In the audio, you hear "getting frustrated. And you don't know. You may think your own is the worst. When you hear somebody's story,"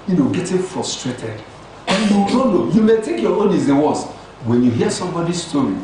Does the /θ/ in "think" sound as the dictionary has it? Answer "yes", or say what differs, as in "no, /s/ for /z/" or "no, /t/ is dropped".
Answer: no, /t/ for /θ/